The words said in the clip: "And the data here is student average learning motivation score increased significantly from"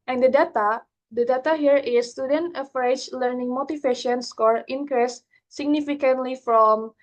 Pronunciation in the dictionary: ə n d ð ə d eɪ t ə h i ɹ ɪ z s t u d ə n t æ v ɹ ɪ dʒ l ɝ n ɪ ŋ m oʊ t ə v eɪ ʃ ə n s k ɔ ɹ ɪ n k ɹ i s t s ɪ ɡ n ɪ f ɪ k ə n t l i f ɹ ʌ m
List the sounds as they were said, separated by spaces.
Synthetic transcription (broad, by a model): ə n d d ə d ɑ t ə h i ɹ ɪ s t u d ə n t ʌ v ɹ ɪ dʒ l ɝ n ɪ ŋ m oʊ t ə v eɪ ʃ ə n s k ɔ ɹ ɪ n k ɹ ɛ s s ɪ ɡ n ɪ f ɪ k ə n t l i f ɹ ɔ m